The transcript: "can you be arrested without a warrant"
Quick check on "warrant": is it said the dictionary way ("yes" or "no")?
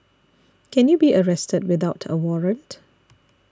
yes